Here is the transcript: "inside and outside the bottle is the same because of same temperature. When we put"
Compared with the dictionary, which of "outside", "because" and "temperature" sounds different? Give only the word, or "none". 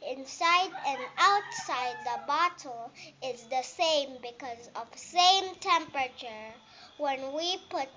none